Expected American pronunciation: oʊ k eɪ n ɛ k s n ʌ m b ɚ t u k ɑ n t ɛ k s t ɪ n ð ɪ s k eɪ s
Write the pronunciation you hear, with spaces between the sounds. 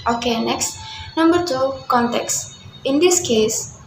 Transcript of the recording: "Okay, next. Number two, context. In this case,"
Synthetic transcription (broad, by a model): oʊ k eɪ n ɛ k s n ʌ m b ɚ t u k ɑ n t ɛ k s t ɪ n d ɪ s k eɪ s